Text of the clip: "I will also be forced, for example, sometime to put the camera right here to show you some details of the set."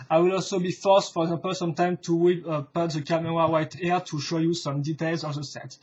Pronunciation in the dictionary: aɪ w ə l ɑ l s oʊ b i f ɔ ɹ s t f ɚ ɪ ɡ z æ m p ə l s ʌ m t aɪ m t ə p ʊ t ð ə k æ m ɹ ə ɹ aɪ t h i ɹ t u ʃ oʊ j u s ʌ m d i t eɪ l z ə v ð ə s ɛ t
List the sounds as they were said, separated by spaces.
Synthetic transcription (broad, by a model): aɪ w ə l ɑ l s oʊ b i f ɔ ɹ s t f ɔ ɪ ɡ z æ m p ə l s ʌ m t aɪ m t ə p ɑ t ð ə k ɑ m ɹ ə w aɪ t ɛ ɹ t u ʃ oʊ j u s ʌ m d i t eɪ l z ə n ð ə s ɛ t